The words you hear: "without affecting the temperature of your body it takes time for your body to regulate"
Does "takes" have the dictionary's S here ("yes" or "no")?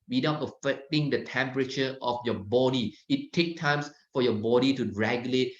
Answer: no